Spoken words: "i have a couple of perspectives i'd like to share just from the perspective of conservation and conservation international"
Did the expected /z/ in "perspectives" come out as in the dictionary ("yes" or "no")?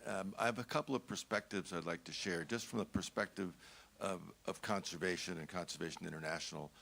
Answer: yes